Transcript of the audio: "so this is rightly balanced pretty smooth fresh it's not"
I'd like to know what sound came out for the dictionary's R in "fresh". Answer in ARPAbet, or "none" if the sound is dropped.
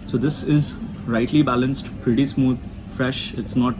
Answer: R